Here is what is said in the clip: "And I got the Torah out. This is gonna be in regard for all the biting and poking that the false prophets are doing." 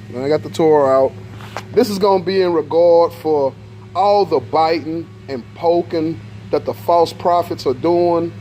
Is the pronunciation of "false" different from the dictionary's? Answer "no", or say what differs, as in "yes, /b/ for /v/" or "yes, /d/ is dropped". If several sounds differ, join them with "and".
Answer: no